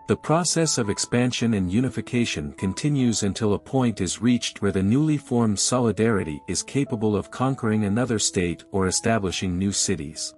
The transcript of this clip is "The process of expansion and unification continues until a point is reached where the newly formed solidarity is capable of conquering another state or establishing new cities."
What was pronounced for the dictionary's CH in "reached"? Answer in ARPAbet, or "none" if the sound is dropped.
CH